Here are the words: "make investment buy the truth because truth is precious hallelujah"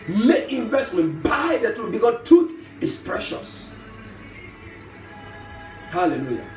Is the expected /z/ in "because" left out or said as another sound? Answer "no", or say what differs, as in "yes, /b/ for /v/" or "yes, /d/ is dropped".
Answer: yes, /z/ is dropped